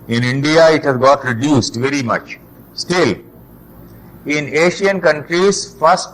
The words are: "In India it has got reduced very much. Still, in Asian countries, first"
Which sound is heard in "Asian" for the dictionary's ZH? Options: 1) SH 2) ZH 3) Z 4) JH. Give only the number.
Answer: 1